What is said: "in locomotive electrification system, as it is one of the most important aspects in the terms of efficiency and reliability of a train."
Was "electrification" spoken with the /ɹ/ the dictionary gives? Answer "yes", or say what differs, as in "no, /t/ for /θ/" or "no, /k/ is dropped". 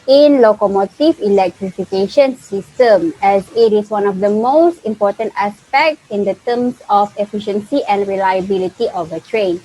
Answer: yes